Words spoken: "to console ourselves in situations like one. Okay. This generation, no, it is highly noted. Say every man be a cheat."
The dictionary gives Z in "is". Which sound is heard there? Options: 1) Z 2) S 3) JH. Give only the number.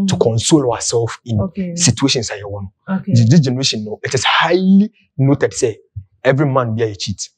2